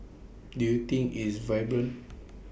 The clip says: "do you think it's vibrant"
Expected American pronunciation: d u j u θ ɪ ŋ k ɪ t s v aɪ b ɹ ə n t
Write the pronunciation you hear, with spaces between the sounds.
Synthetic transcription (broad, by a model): d u j u t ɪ ŋ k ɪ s v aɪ b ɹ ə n